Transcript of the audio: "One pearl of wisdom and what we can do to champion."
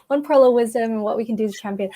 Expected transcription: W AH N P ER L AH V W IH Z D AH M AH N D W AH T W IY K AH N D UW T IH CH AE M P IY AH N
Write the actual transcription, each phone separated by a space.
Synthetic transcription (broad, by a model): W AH N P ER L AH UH W IH Z D AH M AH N W AH T W IY K N D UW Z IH CH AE M P IY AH N